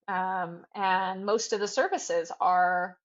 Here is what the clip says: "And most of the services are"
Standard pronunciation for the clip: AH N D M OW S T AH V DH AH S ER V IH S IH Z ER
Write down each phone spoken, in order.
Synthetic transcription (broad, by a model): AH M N M OW S T AH V DH AH S ER V IH S IH Z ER